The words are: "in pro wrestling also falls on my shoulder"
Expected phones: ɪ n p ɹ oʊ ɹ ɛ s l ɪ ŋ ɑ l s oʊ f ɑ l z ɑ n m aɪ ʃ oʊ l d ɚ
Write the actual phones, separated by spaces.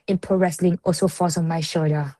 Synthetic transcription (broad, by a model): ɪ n p oʊ ɹ ɛ s l ɪ ŋ ɑ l s oʊ f ɑ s ɑ n m aɪ ʃ oʊ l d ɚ